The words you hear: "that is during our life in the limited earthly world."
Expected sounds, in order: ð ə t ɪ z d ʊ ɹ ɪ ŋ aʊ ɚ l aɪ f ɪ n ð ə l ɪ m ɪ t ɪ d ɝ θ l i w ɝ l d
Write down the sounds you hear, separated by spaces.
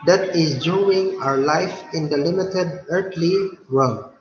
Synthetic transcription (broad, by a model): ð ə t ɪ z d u ɪ ŋ aʊ ɚ l aɪ f ɪ n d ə l ɪ m ɪ t ɪ d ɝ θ l i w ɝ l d